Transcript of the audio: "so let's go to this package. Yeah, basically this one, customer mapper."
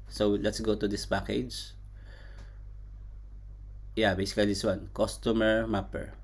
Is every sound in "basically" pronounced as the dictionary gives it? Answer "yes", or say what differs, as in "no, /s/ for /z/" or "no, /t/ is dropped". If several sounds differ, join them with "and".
no, /l/ is dropped